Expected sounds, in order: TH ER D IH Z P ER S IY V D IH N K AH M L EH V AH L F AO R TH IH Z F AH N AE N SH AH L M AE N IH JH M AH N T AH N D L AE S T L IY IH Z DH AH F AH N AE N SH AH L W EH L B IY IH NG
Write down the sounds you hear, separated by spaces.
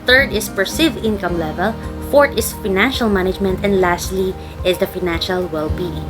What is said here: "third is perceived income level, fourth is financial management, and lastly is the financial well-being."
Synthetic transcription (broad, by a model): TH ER D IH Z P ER S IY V IH N K AH M L EH V AH L F AO R T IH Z F AH N AE N SH AH L M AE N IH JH M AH N T AH N D L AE S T L IY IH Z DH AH F AH N AE N SH AH L W EH L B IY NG